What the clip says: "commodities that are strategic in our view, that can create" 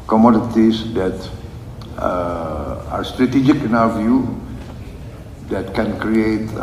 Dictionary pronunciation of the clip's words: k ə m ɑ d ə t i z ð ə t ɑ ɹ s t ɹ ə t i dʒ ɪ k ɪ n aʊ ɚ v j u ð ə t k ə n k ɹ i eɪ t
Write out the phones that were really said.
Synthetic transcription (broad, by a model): k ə m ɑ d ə t i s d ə t ɑ ɹ s t ɹ ə t i dʒ ɪ k ɪ n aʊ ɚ v j u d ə t k ə n k ɹ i eɪ t